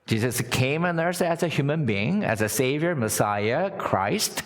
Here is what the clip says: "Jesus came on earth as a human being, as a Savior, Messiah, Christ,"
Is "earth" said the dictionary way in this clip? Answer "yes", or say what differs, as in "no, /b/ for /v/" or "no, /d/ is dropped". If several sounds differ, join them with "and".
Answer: no, /s/ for /θ/